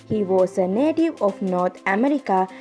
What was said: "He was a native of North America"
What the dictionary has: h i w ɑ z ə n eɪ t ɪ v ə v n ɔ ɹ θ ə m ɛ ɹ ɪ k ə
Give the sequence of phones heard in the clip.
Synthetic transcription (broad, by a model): h i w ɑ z ə n eɪ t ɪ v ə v n ɔ ɹ t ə m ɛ ɹ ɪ k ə